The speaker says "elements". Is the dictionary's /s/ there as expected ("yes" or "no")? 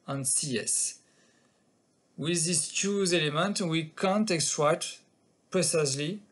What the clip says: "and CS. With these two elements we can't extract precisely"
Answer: no